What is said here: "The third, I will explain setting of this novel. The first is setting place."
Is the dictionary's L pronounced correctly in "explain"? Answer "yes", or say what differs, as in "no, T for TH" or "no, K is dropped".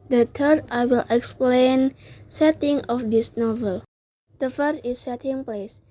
yes